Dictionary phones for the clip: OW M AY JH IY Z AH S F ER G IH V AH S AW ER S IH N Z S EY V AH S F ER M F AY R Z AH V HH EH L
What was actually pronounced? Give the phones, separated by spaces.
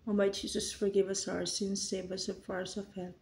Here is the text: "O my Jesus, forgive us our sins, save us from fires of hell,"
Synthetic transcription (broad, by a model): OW M AY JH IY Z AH S F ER G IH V AH S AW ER S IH N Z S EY B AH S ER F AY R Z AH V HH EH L